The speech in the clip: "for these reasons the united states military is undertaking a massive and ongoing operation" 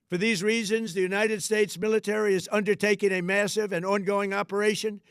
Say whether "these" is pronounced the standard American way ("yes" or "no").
yes